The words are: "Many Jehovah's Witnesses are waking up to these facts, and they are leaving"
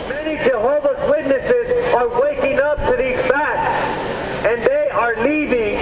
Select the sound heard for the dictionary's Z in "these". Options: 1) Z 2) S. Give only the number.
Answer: 1